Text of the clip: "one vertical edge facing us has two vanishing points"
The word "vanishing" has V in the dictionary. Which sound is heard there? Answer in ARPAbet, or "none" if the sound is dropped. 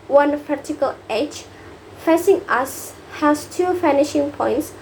F